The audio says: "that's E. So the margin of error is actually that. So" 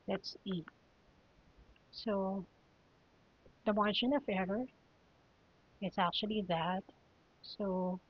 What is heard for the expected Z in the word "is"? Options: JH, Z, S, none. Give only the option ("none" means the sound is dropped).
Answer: S